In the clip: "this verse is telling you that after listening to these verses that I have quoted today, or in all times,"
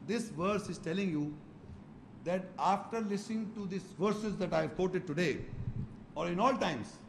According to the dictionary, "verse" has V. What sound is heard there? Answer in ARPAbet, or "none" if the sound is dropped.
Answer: V